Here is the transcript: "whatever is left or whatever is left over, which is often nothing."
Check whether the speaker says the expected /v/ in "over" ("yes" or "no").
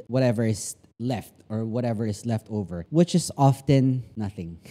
yes